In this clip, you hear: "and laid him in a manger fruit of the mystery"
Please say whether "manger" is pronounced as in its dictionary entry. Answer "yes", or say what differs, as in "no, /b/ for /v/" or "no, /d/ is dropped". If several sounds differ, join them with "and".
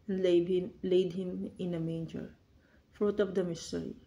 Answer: yes